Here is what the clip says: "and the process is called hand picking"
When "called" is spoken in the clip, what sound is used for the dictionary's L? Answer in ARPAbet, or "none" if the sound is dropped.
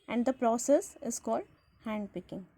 L